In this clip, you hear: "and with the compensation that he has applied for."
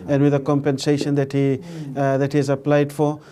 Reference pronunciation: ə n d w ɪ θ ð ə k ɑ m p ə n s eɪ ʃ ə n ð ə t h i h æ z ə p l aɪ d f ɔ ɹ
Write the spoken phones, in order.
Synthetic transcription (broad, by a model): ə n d w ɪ ð ə k ɑ m p ə n s eɪ ʃ ə n ð ə t h i h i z ə p l aɪ d f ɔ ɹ